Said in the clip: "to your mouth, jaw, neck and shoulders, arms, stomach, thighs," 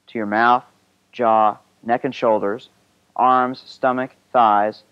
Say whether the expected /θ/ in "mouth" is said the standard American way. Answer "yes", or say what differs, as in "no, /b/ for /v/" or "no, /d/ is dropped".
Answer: yes